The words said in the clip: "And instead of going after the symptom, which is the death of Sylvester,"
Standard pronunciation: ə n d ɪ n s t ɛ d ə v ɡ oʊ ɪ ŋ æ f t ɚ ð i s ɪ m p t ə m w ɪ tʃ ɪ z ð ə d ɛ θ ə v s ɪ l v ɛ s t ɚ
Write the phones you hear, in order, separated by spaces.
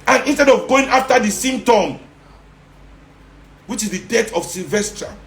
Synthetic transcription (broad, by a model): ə n ɪ n s t ɛ d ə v ɡ oʊ ɪ ŋ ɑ f t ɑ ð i s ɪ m t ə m w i tʃ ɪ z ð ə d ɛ t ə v s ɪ l v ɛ s t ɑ